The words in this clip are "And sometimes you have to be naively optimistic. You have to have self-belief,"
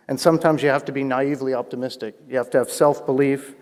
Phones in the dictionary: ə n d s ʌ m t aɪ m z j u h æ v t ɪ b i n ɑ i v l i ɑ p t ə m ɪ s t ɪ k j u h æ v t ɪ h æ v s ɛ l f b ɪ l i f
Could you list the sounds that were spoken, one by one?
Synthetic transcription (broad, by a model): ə n s ʌ m t aɪ m z j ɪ h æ f t ɪ b i n ɑ i v l i ɑ p t ə m ɪ s t ɪ k j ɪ h æ f t ɪ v s ɛ l f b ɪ l i f